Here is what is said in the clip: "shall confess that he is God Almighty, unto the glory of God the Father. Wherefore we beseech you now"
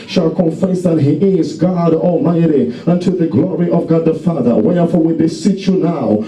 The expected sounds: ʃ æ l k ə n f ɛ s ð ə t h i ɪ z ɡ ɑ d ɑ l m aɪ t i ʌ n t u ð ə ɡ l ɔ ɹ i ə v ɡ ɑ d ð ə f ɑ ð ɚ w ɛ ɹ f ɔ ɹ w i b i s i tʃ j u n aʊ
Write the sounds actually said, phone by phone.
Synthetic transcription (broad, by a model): ʃ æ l k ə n f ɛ s ð ə t h i ɪ z ɡ ɑ d ɑ l m aɪ t i ʌ n t u ð ə ɡ l ɔ ɹ i ə v ɡ ɑ d ð ə f ɑ ð ɚ w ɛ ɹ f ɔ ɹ w i b i s i tʃ j u n aʊ